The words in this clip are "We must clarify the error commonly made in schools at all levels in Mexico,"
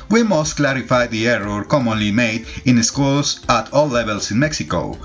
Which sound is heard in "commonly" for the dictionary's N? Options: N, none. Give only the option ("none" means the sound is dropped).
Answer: N